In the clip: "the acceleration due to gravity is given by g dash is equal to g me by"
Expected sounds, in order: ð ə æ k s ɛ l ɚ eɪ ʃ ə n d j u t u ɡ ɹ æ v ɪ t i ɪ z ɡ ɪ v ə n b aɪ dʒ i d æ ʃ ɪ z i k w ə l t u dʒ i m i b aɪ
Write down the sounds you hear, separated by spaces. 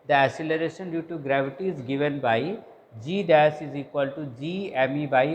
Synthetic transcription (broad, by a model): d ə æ s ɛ l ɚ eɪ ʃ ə n d j u t u ɡ ɹ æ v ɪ t i ɪ z ɡ ɪ v ə n b aɪ dʒ i d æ s ɪ z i k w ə l t u dʒ i m i b aɪ